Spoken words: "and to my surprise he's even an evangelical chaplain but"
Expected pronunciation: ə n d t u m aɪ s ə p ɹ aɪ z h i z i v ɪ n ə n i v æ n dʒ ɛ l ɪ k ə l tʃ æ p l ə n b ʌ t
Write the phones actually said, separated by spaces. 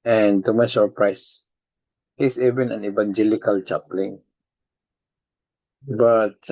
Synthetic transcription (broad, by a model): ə n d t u m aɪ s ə p ɹ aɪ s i s i v ɪ n ə n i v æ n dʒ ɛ l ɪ k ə l tʃ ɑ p l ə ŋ b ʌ t